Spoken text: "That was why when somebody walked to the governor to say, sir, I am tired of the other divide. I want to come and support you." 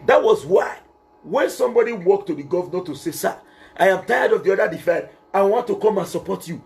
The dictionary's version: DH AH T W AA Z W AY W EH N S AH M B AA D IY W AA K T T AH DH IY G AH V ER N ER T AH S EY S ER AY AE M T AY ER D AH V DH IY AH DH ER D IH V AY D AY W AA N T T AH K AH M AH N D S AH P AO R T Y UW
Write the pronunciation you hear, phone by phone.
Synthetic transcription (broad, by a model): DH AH T W AA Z W AY W EH N S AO M B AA D IY W AA K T T AH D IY G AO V N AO T AH S EY S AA AY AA M T AY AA D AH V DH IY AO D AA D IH F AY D AY W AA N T T AH K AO M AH N S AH P AO T Y UW